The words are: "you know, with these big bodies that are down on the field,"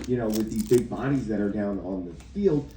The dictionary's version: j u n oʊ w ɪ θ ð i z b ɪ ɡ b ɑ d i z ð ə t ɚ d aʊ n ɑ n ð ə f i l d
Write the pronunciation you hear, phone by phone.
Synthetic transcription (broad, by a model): j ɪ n oʊ w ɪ ð i z b ɪ ɡ b ɑ d i z ð ə t ɚ d aʊ n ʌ n ð ə f i l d